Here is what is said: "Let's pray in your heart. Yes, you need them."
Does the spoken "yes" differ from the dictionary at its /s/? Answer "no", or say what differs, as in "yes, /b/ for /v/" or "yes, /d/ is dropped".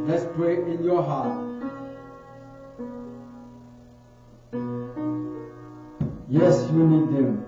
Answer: no